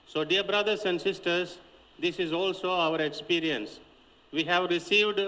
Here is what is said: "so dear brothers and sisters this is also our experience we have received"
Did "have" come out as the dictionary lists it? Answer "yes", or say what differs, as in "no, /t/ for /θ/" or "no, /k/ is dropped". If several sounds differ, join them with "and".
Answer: yes